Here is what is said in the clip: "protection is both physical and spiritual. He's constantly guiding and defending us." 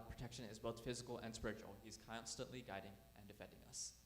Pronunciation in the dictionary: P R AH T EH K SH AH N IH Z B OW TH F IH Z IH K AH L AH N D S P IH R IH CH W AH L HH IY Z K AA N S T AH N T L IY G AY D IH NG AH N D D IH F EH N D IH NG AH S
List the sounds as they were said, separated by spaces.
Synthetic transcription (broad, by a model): P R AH T EH K SH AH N IH Z B OW TH F IH Z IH K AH L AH N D S P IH R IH CH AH L HH IY Z K AA N S T AH N T L IY G AY D IH NG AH N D D IH F EH N D IH NG AH S